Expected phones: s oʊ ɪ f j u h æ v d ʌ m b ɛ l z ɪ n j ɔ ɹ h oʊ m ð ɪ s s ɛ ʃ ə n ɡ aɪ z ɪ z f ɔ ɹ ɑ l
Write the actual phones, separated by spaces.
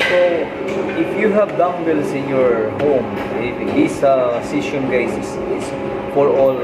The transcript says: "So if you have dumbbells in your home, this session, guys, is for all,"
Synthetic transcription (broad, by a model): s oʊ ɪ f j u h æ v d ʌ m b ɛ l s ɪ n j ɔ ɹ h oʊ m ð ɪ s s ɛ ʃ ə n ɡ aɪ s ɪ s f ɔ ɹ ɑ l